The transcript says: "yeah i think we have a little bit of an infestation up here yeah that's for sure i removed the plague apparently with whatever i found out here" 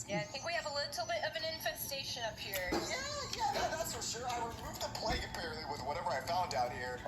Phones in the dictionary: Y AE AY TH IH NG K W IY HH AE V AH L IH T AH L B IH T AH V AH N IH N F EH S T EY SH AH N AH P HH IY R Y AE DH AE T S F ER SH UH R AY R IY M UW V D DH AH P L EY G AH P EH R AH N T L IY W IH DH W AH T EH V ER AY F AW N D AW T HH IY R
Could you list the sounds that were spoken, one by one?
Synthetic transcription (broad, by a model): Y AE AY TH IH NG K W IY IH V AH L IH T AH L B IH T AH V AH N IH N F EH S T EY SH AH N AH P HH IY R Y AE DH AE T S F ER SH UH R AY W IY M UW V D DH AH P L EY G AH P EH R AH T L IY W IH DH W AH T EH V ER AY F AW N D AW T HH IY R